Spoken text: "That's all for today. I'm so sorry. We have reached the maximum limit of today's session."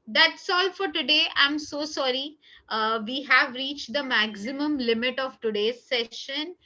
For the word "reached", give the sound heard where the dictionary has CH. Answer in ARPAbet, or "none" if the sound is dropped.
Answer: CH